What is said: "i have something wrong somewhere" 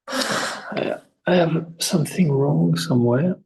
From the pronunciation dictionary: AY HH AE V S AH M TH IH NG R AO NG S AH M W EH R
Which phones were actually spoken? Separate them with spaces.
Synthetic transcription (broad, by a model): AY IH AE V S AH M TH IH NG R AO NG S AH M W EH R